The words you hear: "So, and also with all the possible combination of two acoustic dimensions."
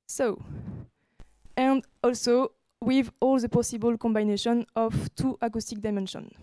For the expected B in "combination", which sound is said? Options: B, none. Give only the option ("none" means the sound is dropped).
B